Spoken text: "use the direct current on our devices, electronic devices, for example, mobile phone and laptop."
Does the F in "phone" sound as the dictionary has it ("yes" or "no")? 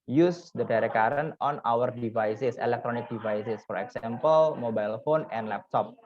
yes